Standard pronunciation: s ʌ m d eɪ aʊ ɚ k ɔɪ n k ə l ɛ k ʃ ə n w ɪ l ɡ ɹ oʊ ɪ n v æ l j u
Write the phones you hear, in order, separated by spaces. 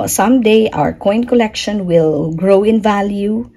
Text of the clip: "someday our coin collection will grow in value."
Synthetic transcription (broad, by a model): s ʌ m d eɪ aʊ ɚ k ɔɪ n k ə l ɛ k ʃ ə n w ɪ l ɡ ɹ oʊ ɪ n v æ l j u